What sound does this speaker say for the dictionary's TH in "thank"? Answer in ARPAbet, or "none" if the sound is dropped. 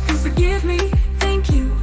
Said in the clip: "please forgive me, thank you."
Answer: TH